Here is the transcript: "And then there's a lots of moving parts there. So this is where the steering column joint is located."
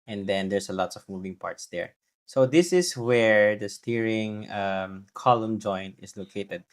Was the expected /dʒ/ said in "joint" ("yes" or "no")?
yes